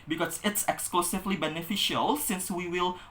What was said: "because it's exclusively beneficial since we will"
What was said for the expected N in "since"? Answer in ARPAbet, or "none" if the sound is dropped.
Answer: N